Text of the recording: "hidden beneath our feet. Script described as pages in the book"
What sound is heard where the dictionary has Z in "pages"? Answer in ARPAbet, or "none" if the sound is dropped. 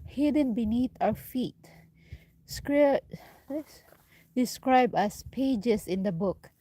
S